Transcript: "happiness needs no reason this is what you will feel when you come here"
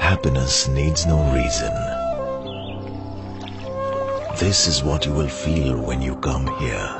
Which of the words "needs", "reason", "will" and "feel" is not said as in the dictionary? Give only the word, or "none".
none